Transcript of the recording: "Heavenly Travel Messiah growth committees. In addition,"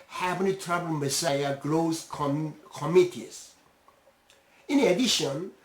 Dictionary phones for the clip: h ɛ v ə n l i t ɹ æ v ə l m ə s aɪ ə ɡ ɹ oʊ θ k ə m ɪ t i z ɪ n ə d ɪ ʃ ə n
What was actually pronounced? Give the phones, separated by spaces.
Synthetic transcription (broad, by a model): h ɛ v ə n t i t ɹ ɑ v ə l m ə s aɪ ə ɡ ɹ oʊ s k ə m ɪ t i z ɪ n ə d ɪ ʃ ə n